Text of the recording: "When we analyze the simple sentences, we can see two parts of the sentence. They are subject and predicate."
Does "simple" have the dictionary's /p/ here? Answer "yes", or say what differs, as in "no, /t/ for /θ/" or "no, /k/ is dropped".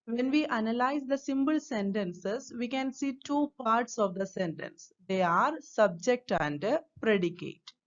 no, /b/ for /p/